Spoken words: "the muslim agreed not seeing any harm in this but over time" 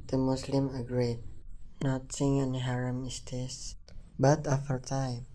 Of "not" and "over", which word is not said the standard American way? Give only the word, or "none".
over